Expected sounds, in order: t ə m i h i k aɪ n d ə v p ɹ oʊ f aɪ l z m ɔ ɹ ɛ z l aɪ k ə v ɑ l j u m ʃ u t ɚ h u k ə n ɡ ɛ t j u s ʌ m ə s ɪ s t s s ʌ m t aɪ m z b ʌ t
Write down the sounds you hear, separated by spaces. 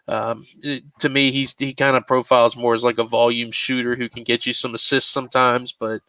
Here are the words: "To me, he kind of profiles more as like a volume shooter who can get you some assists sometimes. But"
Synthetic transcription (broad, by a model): t ə m i h i k aɪ n d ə p ɹ oʊ f aɪ l z m ɔ ɹ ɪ z l aɪ k ə v ɑ l j u m ʃ u t ɚ h u k n ɡ ɛ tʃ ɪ s ʌ m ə s ɪ s t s s ʌ m t aɪ m z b ʌ t